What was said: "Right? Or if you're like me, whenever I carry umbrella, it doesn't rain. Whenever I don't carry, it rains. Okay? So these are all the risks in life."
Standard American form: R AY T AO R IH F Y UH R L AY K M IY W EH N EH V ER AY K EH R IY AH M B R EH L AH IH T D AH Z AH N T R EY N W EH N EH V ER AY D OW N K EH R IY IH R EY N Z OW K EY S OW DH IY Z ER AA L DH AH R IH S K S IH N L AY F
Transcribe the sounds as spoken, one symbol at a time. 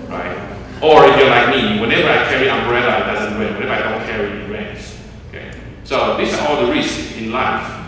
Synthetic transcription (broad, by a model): R AY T AO R IH F Y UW L AY K M IY W EH N EH V ER AY K EH R IY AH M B R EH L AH IH T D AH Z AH N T W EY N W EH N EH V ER AY D OW N K EH R IY IH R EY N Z OW K EY S OW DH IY S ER AA L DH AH R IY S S IH N L AY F